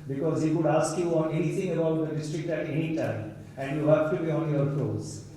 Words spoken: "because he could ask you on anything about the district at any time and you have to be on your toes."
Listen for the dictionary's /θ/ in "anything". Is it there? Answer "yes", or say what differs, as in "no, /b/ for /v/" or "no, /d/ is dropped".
no, /t/ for /θ/